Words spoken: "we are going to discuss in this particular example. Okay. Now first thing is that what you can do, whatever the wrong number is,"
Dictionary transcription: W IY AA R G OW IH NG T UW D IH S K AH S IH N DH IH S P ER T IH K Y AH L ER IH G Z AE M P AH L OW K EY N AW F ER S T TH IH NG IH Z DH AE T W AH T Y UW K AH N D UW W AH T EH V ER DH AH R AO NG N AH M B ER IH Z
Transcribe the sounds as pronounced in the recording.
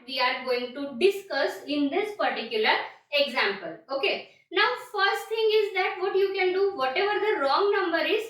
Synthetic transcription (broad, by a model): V IY AA R G OW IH NG T UW D IH S K AH S IH N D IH S P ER T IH K Y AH L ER IH G Z AE M P AH L OW K EY N AW F ER S T T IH NG IH Z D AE T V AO T Y UW K AH N D UW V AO T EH V ER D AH R AO NG N AH M B ER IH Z